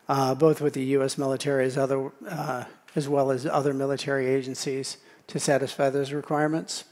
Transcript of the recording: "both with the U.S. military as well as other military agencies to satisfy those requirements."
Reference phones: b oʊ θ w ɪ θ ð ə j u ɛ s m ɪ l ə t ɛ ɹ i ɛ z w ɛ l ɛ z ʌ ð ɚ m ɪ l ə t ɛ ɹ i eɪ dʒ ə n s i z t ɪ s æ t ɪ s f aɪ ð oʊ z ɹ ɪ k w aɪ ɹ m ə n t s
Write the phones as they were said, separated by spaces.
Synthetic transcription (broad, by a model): b oʊ θ w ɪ ð ə j u ɛ s m ɪ l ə t ɛ ɹ i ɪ z w ɛ l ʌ z ʌ ð ɚ m ɪ l ə t ɛ ɹ i eɪ dʒ ə n s i z t ɪ s æ t ɪ s f aɪ ð oʊ z ɹ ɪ k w aɪ ɹ m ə n t s